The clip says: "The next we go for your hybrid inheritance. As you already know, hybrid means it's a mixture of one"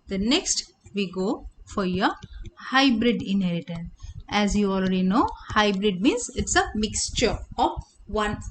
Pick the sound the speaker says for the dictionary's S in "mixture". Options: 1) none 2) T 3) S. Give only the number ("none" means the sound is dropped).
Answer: 3